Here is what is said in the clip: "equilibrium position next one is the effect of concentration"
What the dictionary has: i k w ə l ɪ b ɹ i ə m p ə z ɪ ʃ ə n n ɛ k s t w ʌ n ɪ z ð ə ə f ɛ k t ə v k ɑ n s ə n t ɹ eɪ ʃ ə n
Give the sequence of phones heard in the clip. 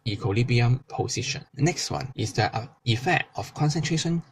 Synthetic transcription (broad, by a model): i k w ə l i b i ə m p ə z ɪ ʃ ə n n ɛ k s t w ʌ n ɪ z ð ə ə f ɛ k t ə f k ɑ n s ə n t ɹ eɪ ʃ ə n